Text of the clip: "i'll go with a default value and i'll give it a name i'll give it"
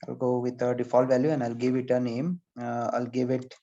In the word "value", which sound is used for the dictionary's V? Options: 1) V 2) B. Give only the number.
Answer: 1